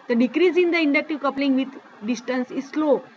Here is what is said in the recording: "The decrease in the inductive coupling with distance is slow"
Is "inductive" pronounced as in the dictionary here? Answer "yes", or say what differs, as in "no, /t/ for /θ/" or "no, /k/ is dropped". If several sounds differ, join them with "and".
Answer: yes